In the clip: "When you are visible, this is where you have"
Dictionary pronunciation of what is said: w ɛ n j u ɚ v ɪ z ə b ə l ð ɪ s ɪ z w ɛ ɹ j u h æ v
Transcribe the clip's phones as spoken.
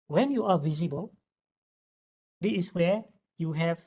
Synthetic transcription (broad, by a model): w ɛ n j u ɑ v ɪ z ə b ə l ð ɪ ɪ s w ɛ j u h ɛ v